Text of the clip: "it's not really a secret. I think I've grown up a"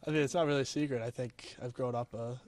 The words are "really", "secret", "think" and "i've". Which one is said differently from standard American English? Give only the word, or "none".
none